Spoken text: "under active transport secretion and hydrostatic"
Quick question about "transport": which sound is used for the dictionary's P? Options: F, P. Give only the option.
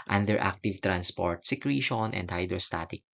P